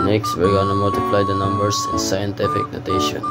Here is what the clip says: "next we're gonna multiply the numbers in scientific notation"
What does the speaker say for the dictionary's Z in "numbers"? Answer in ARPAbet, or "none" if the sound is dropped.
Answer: S